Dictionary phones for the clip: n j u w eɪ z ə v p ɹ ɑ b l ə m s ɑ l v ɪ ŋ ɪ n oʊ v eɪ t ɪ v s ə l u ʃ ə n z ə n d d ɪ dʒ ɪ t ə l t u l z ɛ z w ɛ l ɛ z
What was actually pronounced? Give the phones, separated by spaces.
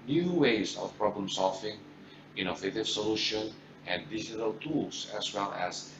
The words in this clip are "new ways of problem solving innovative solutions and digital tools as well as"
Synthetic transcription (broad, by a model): n j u w eɪ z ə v p ɹ ɑ b l ə m s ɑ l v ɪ ŋ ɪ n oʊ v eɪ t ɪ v s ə l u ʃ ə n ə n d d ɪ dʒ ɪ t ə l t u l s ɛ s w ɛ l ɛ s